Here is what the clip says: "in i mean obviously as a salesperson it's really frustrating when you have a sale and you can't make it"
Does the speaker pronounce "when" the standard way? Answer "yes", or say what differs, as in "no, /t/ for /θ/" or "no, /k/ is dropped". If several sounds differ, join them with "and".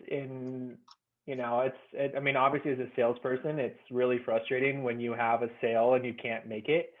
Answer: yes